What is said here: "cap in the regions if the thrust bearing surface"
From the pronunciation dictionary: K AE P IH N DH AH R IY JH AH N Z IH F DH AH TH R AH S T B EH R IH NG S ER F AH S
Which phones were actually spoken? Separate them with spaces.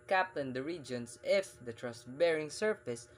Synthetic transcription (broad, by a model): K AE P IH N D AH R IY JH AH N S IH F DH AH T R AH S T B EH R IH NG S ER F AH S